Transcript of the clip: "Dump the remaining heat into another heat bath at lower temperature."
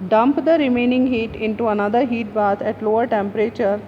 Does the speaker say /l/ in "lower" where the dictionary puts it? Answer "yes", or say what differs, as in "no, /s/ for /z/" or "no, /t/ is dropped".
yes